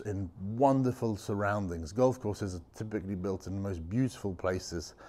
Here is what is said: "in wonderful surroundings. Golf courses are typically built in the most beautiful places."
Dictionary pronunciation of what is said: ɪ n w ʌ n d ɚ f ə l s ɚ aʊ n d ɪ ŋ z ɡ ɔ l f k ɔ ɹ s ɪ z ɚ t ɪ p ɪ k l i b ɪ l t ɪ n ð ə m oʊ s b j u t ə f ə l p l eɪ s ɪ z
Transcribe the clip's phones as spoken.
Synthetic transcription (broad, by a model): ɪ n w ʌ n d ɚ f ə l s ɚ aʊ n d ɪ ŋ z ɡ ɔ l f k ɔ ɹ s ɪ z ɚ t ɪ p ɪ k l i b ɪ l t ɪ n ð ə m oʊ s b j u t ə f ə l p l eɪ s ɪ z